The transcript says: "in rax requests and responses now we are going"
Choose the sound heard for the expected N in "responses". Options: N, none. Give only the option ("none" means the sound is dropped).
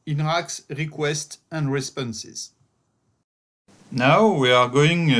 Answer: N